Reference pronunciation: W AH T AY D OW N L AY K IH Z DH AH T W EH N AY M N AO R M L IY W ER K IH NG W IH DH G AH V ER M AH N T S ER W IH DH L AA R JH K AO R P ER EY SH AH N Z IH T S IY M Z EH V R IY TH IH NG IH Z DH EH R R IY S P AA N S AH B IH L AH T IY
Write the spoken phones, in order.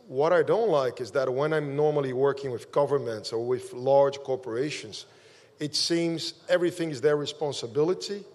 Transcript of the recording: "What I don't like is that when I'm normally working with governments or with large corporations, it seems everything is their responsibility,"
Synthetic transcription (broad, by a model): W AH T AY D OW N L AY K IH Z DH AH T W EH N AY M N AO R M L IY W ER K IH NG W IH DH G AH V ER M AH N T S ER W IH DH L AA R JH K AO R P ER EY SH AH N Z IH T S IY M Z EH V R IY TH IH NG IH Z DH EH R R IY S P AA N S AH B IH L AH T IY